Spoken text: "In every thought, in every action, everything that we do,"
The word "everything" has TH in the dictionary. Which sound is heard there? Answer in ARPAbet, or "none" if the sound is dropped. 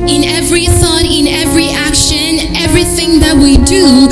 TH